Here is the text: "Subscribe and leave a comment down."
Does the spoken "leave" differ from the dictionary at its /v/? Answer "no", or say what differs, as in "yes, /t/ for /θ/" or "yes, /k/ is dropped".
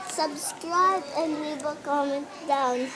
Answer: yes, /b/ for /v/